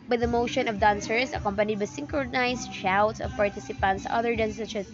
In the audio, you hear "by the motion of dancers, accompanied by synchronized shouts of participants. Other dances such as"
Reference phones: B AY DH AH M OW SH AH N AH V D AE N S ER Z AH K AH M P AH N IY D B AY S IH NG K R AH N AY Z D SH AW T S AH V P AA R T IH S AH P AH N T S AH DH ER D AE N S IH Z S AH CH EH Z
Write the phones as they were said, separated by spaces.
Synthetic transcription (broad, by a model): B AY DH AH M OW SH AH N AH V D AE N S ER S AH K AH M P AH N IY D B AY S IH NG K R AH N AY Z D SH AW T S AH V P AA R T IH S AH P AH N T S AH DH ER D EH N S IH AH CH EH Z